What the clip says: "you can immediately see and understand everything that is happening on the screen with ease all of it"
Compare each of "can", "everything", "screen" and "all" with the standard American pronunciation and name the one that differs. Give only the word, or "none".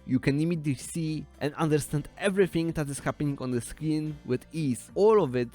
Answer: screen